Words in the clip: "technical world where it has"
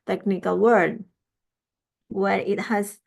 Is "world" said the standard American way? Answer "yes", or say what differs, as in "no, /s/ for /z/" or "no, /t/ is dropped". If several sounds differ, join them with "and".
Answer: no, /l/ is dropped